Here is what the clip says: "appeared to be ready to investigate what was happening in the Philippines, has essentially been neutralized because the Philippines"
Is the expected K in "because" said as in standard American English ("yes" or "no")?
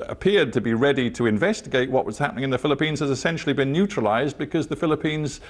yes